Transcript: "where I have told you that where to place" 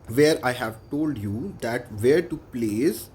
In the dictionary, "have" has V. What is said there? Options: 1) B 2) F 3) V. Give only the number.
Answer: 3